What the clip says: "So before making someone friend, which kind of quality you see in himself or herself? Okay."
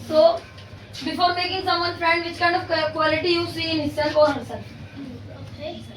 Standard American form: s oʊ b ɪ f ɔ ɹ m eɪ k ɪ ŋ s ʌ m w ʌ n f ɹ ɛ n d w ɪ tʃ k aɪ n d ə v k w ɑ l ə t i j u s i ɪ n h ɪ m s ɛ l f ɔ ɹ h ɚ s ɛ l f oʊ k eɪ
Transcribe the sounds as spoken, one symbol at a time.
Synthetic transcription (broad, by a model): s oʊ b ɪ f ɔ ɹ m eɪ k ɪ ŋ s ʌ m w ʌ n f ɹ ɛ n d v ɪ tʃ k aɪ n d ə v k w ɑ l ə t i j u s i ɪ n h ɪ s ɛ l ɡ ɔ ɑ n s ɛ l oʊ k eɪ